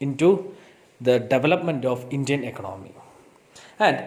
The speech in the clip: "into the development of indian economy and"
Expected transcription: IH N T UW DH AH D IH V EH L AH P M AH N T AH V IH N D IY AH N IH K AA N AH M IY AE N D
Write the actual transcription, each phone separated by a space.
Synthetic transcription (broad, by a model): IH N T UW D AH D IH V EH L AH P M AH N T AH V IH N D IY AH N IH K AA N AH M IY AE N D